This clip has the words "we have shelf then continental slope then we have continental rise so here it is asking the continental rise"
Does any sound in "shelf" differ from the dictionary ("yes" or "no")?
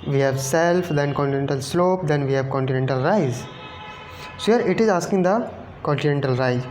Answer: yes